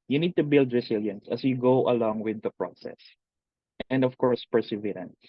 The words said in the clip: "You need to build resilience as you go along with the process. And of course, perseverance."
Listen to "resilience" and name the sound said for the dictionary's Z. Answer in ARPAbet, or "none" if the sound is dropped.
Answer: S